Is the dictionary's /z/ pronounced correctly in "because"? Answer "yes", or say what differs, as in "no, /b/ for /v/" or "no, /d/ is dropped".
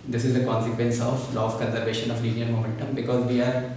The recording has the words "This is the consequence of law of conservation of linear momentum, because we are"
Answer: yes